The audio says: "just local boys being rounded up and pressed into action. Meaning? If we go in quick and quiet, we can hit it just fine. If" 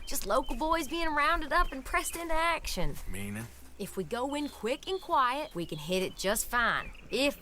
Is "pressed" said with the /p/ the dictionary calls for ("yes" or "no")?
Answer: yes